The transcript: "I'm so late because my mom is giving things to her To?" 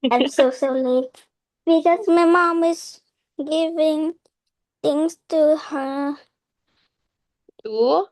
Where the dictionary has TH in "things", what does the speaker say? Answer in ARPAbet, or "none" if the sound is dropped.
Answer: T